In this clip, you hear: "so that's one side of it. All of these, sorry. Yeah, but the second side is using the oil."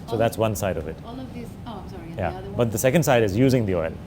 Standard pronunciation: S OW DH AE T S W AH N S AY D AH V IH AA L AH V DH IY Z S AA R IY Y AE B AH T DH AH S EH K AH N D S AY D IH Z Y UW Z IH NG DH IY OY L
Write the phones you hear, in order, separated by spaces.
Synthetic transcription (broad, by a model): S OW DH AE T S W AH N S AY D AH V IH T Y AE B AH T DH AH S EH K AH N D S AY D IH Z Y UW Z IH NG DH IY OY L